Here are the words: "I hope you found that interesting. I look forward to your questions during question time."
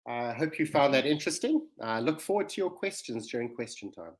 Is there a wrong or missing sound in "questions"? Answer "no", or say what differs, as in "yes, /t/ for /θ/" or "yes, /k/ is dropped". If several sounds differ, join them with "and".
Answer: no